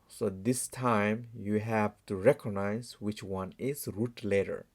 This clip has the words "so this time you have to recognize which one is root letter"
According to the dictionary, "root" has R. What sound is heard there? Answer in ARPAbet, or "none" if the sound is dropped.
R